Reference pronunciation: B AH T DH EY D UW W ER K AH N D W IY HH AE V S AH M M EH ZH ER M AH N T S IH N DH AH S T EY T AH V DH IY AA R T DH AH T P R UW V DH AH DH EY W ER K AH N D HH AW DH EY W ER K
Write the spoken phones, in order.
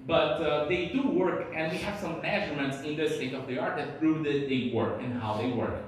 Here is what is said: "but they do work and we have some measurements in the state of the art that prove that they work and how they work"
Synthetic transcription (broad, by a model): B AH T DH EY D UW W ER K AH N D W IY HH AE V S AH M M EH ZH ER M AH N T S IH N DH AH S T EY T AH V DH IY AA R T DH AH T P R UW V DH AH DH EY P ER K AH N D HH AW DH EY W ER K